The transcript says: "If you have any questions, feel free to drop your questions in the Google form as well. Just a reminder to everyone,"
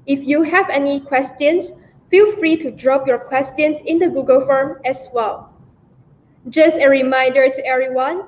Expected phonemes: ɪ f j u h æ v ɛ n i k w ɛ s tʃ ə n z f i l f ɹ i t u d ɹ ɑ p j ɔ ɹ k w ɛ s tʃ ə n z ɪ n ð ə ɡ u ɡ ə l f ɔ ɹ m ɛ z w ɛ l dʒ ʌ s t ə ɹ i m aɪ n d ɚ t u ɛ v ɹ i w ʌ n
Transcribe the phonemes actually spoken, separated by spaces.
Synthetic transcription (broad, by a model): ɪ f j u h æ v ɛ n i k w ɛ s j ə n s f i l f ɹ i t u d ɹ ɑ p j ɔ ɹ k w ɛ s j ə n s ɪ n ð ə ɡ u ɡ ə l f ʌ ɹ m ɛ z w ɛ l dʒ ʌ s t ə ɹ i m aɪ n d ɚ t u ɛ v ɹ i w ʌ n